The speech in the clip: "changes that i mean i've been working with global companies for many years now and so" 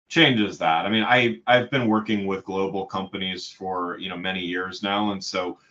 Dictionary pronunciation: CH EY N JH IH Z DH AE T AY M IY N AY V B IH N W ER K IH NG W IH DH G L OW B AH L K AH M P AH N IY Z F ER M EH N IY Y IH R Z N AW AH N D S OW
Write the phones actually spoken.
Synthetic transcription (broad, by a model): CH EY N JH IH Z DH AE T AY M IY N AY V B IH N W ER K IH NG W IH DH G L OW B L K AH M P AH N IY Z F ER M EH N IY Y IH R Z N AW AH N S OW